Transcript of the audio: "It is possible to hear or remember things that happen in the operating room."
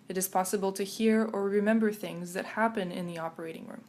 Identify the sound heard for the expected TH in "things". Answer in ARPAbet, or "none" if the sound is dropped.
TH